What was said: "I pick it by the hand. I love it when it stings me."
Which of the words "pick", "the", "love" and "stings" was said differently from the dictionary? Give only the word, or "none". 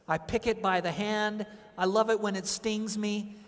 none